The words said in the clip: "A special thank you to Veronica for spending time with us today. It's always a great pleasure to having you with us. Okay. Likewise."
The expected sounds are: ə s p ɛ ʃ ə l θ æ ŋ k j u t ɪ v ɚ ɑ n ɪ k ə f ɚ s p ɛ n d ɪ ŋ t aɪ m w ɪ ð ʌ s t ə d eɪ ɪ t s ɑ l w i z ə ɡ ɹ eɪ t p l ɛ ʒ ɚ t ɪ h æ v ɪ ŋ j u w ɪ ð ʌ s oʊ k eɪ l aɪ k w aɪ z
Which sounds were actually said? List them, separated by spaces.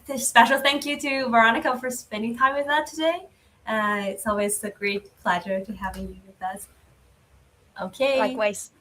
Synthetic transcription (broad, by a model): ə s p ɛ ʃ l θ æ ŋ k j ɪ t ɪ v ɚ ɑ n ɪ k ə f ɚ s p ɛ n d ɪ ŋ t aɪ m w ɪ ð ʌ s t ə d eɪ ɪ t s ɑ l w i z ə ɡ ɹ eɪ t p l ɛ ʒ ɚ t ɪ h æ v ɪ ŋ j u w ɪ ð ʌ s oʊ k eɪ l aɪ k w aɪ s